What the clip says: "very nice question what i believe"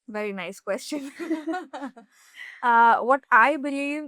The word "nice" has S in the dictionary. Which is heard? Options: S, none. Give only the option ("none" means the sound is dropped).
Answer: S